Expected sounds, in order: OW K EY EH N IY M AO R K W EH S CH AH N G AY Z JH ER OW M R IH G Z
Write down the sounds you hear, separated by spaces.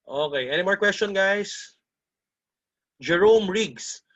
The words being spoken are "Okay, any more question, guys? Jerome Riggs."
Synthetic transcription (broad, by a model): OW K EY EH N IY M AO R K W EH S CH AH N G AY S JH ER OW M R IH G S